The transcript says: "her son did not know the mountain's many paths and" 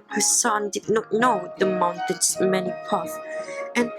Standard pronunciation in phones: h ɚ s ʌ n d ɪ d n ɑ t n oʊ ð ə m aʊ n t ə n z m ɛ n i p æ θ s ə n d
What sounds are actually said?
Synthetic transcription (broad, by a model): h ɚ s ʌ n d ɪ d n ɑ t n oʊ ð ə m aʊ n t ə n s m ɛ n i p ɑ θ ə n